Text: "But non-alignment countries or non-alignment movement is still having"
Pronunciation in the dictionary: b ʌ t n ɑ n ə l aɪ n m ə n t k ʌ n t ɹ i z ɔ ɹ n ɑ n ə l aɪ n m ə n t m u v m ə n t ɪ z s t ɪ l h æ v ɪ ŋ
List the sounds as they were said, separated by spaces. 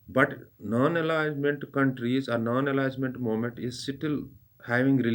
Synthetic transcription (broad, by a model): b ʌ t n ɑ n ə l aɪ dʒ m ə n t k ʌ n t ɹ i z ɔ ɹ n ɑ n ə l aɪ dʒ m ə n t m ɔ m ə n t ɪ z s t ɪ l h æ v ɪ ŋ